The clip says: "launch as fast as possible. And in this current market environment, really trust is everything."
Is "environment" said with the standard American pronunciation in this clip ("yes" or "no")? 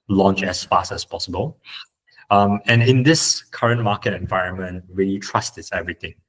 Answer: yes